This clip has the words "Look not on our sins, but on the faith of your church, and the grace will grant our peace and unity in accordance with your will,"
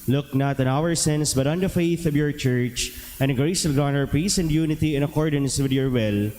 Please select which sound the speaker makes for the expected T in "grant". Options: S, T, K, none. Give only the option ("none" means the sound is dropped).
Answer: none